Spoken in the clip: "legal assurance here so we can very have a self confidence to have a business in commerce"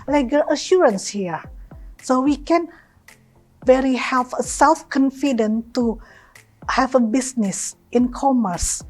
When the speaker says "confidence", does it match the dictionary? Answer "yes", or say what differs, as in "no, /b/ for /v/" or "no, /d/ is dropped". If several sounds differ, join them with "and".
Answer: no, /s/ is dropped